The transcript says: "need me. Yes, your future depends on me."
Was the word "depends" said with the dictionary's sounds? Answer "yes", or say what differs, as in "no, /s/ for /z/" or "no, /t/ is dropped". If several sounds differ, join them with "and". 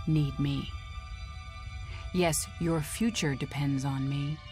yes